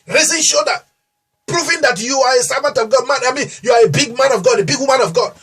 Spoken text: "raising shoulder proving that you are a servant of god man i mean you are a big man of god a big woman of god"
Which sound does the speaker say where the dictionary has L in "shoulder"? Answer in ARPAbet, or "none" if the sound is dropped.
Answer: none